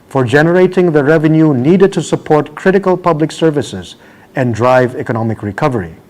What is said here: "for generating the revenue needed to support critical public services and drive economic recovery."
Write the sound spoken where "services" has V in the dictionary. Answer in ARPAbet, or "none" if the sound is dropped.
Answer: V